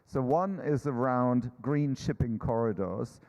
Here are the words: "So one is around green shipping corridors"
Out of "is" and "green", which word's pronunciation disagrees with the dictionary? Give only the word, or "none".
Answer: none